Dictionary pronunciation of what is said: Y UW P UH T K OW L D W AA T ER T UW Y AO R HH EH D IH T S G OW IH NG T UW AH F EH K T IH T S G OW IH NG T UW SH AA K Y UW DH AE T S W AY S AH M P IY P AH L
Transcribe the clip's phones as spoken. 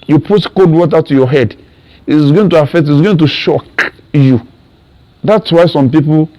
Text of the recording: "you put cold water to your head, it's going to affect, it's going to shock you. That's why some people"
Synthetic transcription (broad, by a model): Y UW P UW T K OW D W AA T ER T UW Y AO HH EH D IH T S G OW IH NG T UW AH F EH K T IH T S G OW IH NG T UW SH AA K Y UW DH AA T S W AY S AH M P IY P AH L